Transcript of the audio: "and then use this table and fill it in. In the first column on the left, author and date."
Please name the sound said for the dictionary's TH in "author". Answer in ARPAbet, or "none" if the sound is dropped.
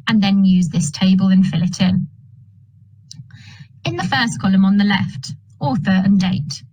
TH